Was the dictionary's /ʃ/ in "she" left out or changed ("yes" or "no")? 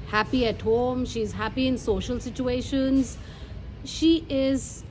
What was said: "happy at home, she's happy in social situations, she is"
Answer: no